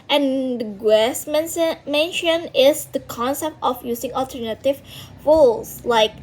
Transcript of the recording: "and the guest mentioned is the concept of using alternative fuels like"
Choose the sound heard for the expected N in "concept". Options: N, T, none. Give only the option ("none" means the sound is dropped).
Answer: N